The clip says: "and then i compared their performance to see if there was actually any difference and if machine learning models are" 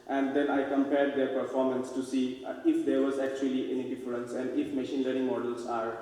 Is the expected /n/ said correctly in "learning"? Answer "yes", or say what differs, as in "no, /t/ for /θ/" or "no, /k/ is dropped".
no, /n/ is dropped